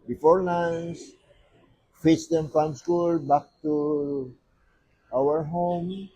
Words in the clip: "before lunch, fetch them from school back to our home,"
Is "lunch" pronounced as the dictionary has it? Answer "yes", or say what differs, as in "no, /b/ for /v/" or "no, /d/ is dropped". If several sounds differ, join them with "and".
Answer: no, /n/ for /l/ and /s/ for /tʃ/